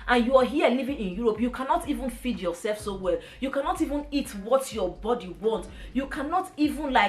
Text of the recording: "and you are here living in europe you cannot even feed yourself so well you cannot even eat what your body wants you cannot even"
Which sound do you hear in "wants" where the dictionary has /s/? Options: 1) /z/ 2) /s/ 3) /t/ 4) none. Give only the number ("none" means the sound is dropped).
4